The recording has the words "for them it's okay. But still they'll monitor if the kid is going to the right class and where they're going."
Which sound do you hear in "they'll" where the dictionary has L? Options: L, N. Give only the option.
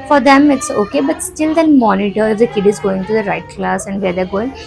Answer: N